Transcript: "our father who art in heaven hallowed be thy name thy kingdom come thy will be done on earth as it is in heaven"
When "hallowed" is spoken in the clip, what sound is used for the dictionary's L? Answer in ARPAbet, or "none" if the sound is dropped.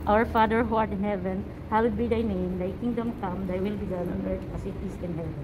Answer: W